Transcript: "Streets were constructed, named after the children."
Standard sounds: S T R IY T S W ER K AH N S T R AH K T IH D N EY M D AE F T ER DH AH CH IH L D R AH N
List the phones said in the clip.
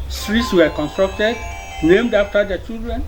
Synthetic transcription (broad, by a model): S T R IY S W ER K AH N S T R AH K T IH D N EY M D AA F T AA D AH CH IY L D R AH N